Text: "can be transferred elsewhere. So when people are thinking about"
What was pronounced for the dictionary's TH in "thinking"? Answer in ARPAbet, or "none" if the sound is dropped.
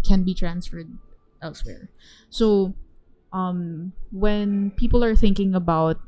TH